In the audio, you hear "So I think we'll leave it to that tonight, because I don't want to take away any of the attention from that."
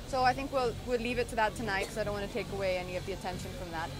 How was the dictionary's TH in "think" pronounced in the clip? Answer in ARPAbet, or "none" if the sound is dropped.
TH